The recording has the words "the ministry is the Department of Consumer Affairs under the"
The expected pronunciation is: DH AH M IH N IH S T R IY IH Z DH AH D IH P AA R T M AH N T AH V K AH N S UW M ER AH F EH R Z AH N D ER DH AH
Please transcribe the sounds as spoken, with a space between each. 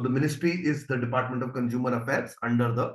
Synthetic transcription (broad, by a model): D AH M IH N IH S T R IY IH Z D AH D IH P AA R T M AH N T AH V K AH N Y UW M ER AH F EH R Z AH N D ER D AH